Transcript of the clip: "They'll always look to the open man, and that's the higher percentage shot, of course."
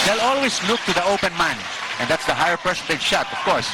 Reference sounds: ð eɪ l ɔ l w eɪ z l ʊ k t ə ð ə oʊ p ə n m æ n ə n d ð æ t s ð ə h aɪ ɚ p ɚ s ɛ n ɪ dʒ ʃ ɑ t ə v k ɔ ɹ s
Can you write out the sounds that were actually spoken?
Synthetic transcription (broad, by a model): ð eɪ l ɔ l w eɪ s l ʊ k t ə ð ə oʊ p ə n m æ n ə n d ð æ t s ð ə h aɪ ɚ p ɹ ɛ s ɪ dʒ ʃ ɑ t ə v k ɔ ɹ s